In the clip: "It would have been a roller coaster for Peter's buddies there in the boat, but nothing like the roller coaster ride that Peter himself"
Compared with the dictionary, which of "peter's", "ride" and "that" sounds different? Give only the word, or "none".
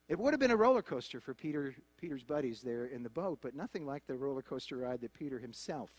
none